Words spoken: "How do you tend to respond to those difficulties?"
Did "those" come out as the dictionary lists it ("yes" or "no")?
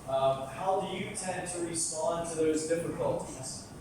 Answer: yes